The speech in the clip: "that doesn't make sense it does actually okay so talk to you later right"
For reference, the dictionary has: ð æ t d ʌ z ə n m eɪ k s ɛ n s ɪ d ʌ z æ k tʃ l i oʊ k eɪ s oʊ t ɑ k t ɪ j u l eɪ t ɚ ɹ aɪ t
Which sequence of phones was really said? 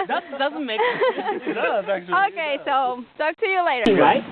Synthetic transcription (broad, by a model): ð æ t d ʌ z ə n m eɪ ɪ s ɪ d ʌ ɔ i k eɪ s oʊ t ɑ k t ɪ j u l eɪ t ɚ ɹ aɪ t